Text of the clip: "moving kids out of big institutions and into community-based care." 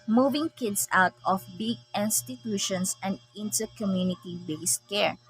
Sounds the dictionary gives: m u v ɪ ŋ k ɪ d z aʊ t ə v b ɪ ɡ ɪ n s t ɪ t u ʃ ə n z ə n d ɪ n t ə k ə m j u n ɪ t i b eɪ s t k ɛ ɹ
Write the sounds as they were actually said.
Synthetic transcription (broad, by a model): m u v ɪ ŋ k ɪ d s aʊ t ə f b ɪ ɡ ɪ n s t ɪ t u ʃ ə n s ə n d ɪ n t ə k ə m j u n ɪ t i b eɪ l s k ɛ ɹ